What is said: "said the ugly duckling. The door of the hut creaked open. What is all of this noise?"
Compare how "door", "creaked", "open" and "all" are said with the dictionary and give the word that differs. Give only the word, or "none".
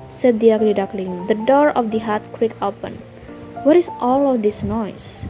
creaked